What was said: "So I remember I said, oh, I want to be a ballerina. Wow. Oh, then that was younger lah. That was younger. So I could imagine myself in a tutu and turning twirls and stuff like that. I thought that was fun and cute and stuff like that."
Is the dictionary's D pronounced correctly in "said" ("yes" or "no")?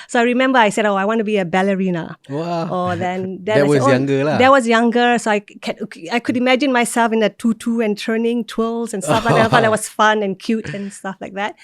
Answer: yes